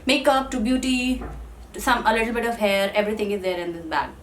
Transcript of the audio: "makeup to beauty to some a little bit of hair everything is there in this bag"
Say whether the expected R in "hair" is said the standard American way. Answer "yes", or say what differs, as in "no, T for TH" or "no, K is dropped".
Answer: yes